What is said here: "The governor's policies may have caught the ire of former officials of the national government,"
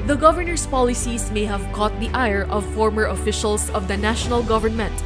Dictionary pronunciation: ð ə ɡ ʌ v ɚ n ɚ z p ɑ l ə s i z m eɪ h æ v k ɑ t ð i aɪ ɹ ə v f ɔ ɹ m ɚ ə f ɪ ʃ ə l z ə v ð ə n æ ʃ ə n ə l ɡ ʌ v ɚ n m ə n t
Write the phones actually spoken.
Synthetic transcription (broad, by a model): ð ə ɡ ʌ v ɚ n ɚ s p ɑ l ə s i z m eɪ h æ v k ɑ t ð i aɪ ɹ ə v f ɔ ɹ m ɚ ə f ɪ ʃ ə l s ə v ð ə n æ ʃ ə n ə l ɡ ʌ v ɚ n m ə n t